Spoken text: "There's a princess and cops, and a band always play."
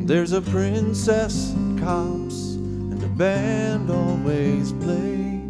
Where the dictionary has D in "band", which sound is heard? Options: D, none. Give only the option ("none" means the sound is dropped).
D